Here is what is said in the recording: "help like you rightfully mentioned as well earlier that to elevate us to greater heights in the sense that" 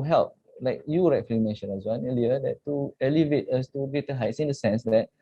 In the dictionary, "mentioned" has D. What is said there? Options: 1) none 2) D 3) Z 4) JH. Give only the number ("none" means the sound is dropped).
1